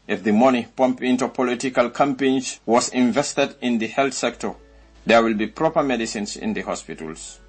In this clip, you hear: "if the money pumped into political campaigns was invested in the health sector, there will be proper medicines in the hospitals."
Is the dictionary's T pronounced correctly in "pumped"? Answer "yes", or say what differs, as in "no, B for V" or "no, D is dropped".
no, T is dropped